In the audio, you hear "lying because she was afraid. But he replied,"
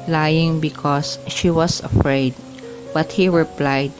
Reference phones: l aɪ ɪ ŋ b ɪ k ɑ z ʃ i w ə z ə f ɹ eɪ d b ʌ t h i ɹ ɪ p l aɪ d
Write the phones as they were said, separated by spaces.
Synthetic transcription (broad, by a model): l aɪ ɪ ŋ b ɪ k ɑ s ʃ i w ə s ə f ɹ eɪ d b ʌ t h i ɹ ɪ p l aɪ d